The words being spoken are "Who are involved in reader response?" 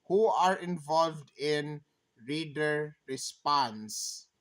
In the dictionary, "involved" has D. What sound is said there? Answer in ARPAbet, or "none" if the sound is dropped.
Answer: D